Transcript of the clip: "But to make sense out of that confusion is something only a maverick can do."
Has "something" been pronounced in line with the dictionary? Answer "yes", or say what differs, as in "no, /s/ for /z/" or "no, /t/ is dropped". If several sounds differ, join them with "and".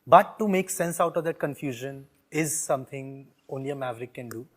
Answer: no, /t/ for /θ/